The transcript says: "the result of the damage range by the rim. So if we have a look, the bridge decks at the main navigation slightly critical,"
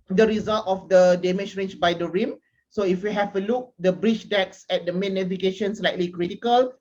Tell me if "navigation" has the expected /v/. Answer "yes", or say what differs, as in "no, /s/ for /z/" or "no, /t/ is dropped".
no, /f/ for /v/